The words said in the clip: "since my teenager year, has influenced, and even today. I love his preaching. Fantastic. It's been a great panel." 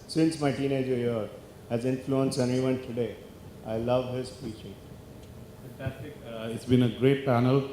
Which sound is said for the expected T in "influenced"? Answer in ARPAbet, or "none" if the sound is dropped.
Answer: none